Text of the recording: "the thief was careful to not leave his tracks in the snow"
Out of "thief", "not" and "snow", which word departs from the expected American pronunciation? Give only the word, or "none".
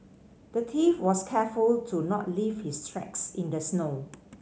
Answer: thief